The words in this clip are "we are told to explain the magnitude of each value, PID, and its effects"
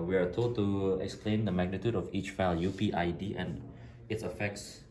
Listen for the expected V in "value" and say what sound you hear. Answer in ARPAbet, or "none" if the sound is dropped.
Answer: F